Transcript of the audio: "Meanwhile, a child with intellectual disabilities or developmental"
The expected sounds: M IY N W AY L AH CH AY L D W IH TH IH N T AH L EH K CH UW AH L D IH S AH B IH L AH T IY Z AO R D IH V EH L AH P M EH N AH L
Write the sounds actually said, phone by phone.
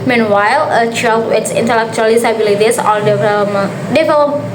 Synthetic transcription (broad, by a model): M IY N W AY L AH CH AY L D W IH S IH N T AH L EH K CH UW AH L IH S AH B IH L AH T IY S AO L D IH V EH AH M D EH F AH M